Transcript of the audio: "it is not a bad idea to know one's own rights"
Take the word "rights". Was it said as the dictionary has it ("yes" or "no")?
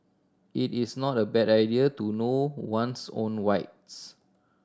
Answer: no